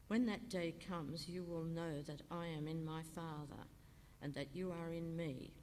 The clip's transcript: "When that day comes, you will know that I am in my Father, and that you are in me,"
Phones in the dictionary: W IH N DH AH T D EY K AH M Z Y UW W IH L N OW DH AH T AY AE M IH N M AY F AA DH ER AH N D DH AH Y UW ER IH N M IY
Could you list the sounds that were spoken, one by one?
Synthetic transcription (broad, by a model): W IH N DH AH T D EY K AH M Z Y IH W IH L N OW DH AH T AY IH M IH N M AY F AA DH ER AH N DH AH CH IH ER IH N M IY